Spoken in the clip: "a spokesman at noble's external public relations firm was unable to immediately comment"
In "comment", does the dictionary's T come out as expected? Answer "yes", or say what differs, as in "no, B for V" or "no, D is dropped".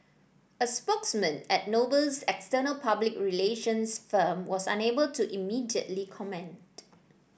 yes